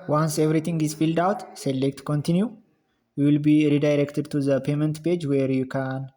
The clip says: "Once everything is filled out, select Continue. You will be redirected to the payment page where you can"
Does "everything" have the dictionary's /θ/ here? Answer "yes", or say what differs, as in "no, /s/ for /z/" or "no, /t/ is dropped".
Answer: no, /t/ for /θ/